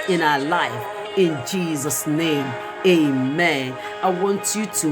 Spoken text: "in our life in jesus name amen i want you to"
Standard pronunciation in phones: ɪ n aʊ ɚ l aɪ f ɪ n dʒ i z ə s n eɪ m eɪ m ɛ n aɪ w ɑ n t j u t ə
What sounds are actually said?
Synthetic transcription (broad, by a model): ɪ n aʊ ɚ l aɪ f ɪ n dʒ i z ə s n eɪ m eɪ m ɛ n aɪ w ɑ n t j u t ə